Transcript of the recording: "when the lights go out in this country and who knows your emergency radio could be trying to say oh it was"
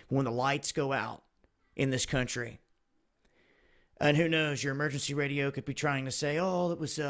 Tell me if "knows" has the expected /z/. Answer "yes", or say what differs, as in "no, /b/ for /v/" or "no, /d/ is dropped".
yes